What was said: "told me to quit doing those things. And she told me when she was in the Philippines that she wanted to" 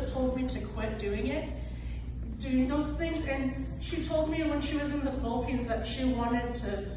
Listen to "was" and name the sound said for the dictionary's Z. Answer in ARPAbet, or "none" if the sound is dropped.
Z